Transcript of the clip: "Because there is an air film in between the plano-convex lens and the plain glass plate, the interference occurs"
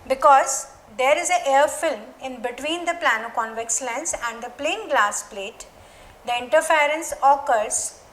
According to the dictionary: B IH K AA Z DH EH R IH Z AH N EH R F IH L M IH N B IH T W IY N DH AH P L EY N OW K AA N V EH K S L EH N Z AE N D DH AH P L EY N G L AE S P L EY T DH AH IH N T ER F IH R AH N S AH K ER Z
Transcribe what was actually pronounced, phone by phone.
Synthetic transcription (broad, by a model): B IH K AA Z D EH R IH Z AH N EH R F IH L M IH N B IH T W IY N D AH P L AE N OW K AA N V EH K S L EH N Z AE N D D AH P L EY N G L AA S P L EY T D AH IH N T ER F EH R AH N S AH K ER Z